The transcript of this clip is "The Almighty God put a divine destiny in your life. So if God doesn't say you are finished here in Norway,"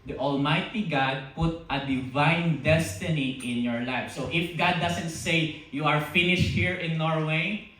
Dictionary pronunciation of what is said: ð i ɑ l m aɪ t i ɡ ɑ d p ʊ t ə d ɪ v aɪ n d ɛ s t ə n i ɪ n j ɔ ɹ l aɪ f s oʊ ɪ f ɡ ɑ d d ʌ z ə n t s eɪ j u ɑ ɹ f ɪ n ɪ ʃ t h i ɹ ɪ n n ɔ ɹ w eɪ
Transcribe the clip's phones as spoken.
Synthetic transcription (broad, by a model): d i ɑ l m aɪ t i ɡ ɑ d p ʊ t ə d ɪ v aɪ n d ɛ s t ə n i ɪ n j ɔ ɹ l aɪ f s oʊ ɪ f ɡ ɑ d d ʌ s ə n t s eɪ j u ɑ ɹ f ɪ n ɪ ʃ t h i ɹ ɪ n n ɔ ɹ w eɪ